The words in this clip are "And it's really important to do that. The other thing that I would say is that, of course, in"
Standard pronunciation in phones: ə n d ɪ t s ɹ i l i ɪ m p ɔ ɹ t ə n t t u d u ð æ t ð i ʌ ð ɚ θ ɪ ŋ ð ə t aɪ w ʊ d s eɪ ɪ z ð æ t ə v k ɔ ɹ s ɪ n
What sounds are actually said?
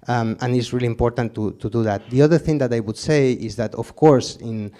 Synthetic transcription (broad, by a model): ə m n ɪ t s ɹ i l i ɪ m p ɔ ɹ t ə n t t u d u ð æ t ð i ʌ ð ɚ θ ɪ ŋ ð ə t aɪ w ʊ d s eɪ ɪ z ð æ t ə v k ɔ ɹ s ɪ n